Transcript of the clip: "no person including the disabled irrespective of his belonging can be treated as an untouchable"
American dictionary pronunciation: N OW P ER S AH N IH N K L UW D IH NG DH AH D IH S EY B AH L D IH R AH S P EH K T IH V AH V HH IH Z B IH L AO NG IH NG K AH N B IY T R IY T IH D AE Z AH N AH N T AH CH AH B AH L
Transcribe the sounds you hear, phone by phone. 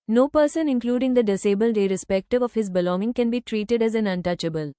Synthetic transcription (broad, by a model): N OW P ER S AH N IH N K L UW D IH NG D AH D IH S EY B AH L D IH R AH S P EH K T IH V AH V HH IH Z B IH L AO NG IH NG K AH N B IY T R IY T IH D AE Z AH N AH N T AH CH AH B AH L